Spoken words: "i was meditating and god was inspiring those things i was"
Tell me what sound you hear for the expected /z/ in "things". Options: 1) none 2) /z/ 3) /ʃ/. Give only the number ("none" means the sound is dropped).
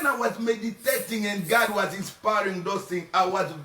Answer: 1